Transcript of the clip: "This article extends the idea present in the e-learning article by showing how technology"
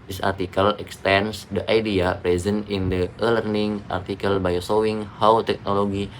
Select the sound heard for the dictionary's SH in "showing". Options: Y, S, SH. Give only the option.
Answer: S